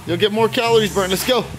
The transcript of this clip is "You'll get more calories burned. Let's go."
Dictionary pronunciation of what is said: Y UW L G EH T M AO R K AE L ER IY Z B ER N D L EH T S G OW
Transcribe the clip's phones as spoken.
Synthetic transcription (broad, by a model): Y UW L G EH T M AO R K AE L ER IY Z B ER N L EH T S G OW